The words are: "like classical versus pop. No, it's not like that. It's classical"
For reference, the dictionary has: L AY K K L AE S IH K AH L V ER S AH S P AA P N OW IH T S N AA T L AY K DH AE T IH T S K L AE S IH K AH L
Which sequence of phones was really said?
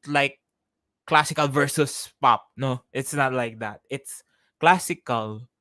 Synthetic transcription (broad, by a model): L AY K K L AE S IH K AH L V ER S AH S P AA P N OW IH T S N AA T L AY K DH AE T IH T S K L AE S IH K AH L